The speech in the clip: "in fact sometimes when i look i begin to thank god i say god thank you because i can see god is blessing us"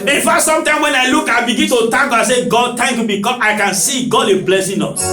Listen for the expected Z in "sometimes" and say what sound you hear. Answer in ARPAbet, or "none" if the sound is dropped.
none